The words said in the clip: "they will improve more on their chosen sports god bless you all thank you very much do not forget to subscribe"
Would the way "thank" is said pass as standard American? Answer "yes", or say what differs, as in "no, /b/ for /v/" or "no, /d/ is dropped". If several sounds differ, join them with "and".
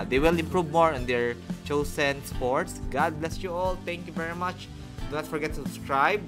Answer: no, /t/ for /θ/